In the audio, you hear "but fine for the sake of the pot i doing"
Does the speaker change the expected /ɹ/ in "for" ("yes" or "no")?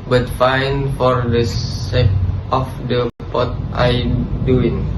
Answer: no